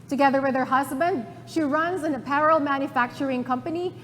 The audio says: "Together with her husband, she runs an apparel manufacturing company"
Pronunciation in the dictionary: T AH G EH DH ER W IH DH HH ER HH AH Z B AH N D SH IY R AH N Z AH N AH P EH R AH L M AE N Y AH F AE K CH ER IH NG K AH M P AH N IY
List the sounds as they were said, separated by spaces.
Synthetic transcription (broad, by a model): T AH G EH DH ER W IH DH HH ER HH AH Z B AH N D SH IY R AH N Z AH N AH P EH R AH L M AE N Y AH F AE K CH ER IH NG K AH M P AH N IY